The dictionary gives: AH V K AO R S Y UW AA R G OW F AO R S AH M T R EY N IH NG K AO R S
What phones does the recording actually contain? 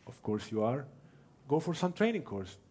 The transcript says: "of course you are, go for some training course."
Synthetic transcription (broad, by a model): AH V K AO R S Y UW AA R G OW F AO R S AH M T R EY N IH NG K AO R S